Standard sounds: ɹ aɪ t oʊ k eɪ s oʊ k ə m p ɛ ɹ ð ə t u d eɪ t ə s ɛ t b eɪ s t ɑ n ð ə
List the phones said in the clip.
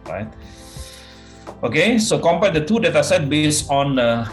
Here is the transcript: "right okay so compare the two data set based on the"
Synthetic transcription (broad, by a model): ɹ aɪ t oʊ k eɪ s oʊ k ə m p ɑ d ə t u d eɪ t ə s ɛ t b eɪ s ɑ n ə